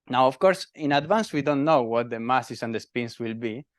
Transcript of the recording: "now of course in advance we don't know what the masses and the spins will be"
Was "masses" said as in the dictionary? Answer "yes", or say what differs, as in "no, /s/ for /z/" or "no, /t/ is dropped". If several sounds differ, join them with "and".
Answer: no, /s/ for /z/